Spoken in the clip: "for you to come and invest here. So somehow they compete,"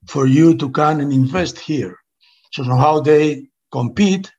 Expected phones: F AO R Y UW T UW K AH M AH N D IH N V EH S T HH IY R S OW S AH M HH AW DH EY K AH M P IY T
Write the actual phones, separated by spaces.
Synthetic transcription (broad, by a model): F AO R Y UW T UW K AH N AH N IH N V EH S T HH IY R S OW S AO HH AW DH EY K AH M P IY T